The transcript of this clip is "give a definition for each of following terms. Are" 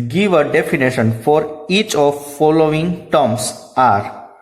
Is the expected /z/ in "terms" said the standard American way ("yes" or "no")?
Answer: no